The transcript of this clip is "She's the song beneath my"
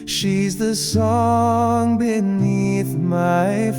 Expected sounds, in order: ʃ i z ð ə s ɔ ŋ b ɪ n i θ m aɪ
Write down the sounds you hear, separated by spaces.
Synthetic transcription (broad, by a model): ʃ i z ð ə s ɔ ŋ b ɪ n i θ m aɪ